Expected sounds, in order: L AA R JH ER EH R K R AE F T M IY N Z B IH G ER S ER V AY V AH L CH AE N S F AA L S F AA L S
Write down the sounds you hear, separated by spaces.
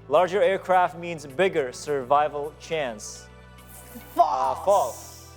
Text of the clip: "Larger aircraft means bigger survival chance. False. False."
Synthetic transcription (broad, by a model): L AA R JH ER EH R K R AE F T M IY N Z B IH G ER S ER V AY V AH L CH AE N S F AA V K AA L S